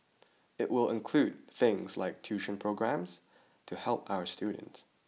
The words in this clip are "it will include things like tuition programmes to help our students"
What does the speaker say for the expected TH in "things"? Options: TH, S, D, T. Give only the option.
TH